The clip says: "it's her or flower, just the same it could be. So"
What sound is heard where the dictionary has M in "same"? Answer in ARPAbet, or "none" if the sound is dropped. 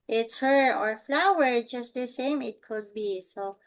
M